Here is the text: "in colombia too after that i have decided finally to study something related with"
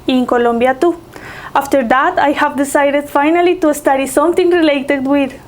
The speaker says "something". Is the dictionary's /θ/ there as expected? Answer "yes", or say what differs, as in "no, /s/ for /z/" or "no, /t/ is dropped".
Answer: no, /t/ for /θ/